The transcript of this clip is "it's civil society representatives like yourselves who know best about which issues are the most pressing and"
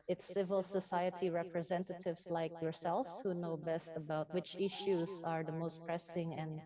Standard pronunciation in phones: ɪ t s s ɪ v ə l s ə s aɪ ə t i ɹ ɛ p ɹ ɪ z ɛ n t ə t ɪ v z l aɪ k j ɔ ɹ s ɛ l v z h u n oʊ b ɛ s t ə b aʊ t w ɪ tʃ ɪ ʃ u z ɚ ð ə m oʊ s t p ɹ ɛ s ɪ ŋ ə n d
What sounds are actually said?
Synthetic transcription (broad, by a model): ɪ t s s ɪ v ə l s ə s aɪ ə t i ɹ ɛ p ɹ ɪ z ɛ n t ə t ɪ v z l aɪ k j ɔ ɹ s ɛ l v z h u n oʊ b ɛ s t ə b aʊ t w ɪ tʃ ɪ ʃ u z ɚ ð ə m oʊ s t p ɹ ɛ s ɪ ŋ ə n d